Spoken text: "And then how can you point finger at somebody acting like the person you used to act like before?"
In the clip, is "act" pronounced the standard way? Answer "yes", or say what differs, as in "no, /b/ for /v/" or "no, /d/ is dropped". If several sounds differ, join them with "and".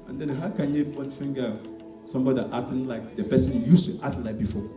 no, /k/ is dropped